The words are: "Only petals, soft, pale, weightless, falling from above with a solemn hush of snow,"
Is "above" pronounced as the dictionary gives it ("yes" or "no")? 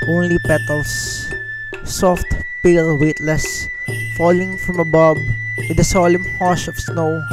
no